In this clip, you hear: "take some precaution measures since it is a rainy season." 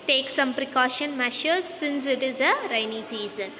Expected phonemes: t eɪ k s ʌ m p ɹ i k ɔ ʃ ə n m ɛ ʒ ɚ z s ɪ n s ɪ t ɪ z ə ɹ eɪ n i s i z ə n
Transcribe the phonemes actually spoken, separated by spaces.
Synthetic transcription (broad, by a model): t eɪ k s ʌ m p ɹ i k ɔ ʃ ə n m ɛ ʃ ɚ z s ɪ n s ɪ t ɪ z ə ɹ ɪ n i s i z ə n